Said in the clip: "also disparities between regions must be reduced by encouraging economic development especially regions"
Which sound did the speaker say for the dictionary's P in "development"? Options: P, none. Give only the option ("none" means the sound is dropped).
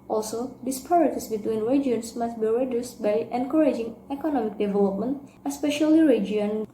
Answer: P